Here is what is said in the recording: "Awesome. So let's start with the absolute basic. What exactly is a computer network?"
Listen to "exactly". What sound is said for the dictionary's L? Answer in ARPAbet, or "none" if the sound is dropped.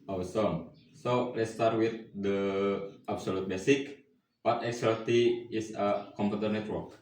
none